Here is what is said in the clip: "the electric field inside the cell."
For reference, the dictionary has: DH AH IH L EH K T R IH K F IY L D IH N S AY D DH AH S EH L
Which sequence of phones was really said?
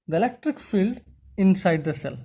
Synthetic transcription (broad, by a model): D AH IH L EH K T R IH K F IY L D IH N S AY D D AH S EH L